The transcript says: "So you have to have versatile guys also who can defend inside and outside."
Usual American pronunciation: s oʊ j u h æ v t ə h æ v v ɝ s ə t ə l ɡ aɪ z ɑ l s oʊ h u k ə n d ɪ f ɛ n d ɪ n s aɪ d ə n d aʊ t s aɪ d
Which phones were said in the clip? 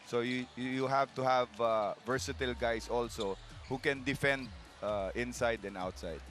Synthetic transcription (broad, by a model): s oʊ j u h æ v t ə h æ v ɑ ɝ s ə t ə l ɡ aɪ s ɑ l s oʊ h u k ə n d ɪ f ɛ n d ɪ n s aɪ d ə n d aʊ t s aɪ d